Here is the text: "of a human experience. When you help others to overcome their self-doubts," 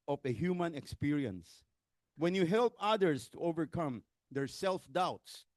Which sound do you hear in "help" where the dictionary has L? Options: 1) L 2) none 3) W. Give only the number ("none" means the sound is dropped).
1